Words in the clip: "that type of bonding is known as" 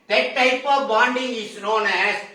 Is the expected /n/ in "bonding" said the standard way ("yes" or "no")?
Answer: yes